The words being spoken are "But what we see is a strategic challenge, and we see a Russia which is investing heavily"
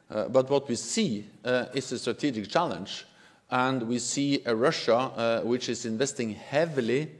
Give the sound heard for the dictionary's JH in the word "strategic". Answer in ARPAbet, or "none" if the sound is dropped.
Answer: JH